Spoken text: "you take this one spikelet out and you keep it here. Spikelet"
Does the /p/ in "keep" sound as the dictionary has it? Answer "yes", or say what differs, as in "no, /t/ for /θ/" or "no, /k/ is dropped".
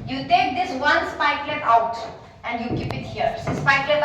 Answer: yes